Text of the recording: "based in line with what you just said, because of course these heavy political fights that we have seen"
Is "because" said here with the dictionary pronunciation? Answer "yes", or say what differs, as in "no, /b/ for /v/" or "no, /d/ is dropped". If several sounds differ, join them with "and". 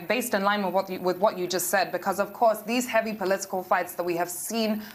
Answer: yes